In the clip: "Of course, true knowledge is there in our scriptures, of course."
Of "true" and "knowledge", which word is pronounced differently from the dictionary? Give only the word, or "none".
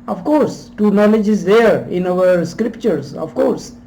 true